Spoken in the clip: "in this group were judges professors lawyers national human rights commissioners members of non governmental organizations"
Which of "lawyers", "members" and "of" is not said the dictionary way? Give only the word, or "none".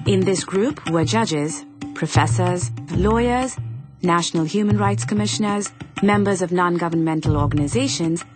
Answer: none